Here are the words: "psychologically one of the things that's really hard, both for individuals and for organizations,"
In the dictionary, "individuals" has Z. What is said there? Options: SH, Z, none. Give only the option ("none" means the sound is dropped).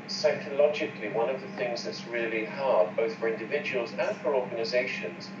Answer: Z